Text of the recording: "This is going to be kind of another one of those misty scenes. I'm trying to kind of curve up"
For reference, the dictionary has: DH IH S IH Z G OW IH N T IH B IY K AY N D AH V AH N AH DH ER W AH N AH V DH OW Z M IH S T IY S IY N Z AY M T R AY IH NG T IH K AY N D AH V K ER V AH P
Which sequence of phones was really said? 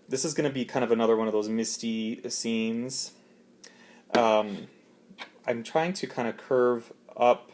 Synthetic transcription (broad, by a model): DH IH S IH Z G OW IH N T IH B IY K AY N D AH V AH N AH DH ER W AH N AH V DH OW Z M IH S T IY S IY N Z AY M T R AY IH NG T IH K AY N D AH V K ER V AH P